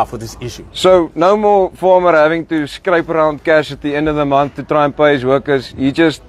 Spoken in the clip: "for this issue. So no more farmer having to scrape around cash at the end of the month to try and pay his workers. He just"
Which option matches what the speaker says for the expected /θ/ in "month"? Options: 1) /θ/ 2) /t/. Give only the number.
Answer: 1